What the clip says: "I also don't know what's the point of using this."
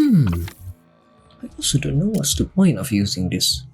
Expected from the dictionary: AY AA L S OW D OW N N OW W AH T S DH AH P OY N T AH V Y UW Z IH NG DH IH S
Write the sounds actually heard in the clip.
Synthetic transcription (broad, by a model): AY AA L S OW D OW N N OW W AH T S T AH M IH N AH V Y UW Z IH NG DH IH S